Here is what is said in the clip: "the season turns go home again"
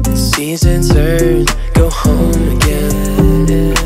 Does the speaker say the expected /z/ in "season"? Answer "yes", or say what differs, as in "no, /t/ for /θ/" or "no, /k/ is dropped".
yes